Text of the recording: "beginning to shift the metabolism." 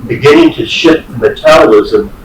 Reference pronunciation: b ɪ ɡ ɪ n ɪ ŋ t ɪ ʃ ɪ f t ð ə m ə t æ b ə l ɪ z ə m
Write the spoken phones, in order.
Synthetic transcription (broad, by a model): b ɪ ɡ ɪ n ɪ ŋ t ɪ ʃ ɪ t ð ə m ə t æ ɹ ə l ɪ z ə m